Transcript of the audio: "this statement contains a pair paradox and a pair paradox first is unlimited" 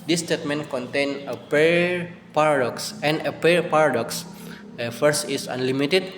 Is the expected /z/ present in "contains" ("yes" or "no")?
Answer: no